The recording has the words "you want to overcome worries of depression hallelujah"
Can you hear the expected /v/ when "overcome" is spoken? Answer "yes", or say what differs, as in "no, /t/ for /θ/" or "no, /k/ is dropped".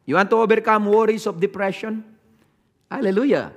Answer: no, /b/ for /v/